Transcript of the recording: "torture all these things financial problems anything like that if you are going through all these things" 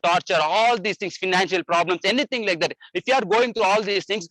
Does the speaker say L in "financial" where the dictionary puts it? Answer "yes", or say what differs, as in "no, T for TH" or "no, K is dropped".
yes